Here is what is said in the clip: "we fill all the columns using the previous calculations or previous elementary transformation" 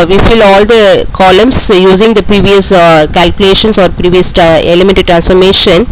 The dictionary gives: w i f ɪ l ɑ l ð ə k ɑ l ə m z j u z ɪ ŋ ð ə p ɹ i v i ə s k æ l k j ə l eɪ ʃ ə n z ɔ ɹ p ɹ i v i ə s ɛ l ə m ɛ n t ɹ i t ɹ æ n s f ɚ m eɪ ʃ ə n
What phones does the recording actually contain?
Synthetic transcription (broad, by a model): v i f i l ɑ l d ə k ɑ l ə m s j u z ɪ ŋ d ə p ɹ i v i ə s k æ l k j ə l eɪ ʃ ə n s ɔ ɹ p ɹ i v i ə s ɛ l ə m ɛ n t i t ɹ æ n s f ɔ m eɪ ʃ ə n